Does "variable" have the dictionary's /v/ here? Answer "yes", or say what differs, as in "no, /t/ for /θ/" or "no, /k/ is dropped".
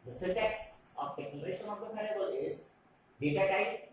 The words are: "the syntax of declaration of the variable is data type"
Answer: no, /p/ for /v/